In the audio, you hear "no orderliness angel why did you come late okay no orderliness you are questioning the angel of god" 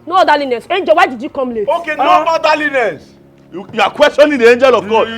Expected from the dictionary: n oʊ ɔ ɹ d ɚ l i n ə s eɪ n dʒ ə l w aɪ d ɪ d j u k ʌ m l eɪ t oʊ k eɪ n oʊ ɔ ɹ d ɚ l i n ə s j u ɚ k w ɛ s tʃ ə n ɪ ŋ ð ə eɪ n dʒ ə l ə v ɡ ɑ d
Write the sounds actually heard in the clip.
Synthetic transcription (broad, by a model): n oʊ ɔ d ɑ l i n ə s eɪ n dʒ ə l w aɪ d ɪ d j u k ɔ m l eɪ oʊ k eɪ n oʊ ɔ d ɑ l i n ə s j u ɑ k w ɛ s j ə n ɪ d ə eɪ n dʒ ə l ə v ɡ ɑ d